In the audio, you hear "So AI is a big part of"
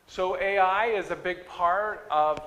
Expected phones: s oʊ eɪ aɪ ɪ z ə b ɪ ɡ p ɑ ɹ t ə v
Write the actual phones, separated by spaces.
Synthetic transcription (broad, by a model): s oʊ eɪ aɪ ɪ z ə b ɪ ɡ p ɑ ɹ t ə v